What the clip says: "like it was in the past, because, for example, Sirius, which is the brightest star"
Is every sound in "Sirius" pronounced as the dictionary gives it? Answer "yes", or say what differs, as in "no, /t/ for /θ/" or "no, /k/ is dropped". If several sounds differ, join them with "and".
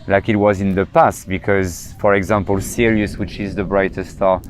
yes